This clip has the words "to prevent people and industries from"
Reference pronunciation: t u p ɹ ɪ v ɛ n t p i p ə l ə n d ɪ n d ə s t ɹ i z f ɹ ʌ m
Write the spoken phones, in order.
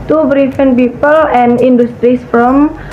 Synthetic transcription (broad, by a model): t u b ɹ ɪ f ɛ n p i p ə l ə n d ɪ n d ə s t ɹ i s f ɹ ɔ m